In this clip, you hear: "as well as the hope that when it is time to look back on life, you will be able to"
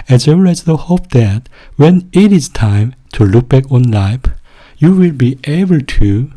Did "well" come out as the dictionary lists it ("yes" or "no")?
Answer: no